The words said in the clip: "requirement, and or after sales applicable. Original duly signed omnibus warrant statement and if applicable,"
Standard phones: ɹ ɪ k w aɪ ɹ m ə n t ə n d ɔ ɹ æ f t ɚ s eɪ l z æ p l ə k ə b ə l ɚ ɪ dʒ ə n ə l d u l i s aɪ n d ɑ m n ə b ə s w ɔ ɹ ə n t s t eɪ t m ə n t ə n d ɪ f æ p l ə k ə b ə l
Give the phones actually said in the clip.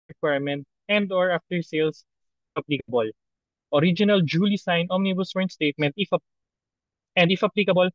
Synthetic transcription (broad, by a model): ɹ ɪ k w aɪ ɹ m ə n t ə n d ɔ ɹ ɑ f t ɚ s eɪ l s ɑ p l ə k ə b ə l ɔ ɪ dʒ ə n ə l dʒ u l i s aɪ n ɑ m n ə b ə s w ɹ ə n s t eɪ t m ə n t ə n d ɪ f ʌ p l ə k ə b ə l